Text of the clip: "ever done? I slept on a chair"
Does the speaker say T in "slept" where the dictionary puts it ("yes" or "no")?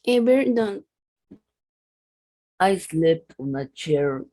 no